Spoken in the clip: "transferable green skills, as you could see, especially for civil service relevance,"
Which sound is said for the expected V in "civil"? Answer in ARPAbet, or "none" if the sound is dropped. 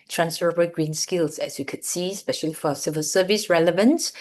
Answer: V